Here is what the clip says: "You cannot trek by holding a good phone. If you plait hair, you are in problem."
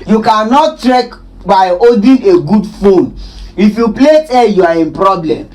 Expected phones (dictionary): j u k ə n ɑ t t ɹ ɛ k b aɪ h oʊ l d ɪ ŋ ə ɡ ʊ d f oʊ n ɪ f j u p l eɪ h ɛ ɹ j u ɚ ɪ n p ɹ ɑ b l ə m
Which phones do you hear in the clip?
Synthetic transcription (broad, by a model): j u k ə n ɑ t t ɹ ɛ k b aɪ oʊ d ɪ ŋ ə ɡ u d f oʊ n ɪ f j u p l eɪ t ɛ j u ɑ ɪ n p ɹ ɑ b l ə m